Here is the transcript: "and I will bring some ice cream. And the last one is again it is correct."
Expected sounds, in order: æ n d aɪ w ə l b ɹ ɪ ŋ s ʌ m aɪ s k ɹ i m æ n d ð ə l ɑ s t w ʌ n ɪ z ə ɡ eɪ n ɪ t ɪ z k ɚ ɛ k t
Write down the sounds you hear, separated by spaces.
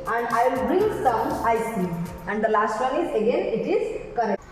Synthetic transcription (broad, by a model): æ n d aɪ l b ɹ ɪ ŋ s ʌ m aɪ s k i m æ n d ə l ɑ s t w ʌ n ɪ z ə ɡ eɪ n ɪ t ɪ z k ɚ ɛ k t